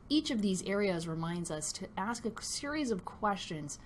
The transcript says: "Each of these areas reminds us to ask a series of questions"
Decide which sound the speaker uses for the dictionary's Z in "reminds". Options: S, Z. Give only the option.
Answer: Z